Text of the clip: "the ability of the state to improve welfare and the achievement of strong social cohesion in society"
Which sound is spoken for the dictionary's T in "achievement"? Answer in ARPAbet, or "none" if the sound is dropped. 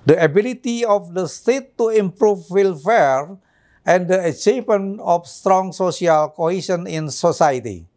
none